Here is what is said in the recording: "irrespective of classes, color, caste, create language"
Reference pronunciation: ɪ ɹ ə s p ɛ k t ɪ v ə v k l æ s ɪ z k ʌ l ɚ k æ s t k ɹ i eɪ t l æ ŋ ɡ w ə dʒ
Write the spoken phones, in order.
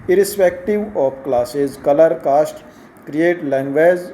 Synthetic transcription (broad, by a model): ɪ ɹ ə s p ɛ k t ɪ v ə p k l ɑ s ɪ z k ʌ l ɚ k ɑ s t k ɹ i eɪ t l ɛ ŋ ɡ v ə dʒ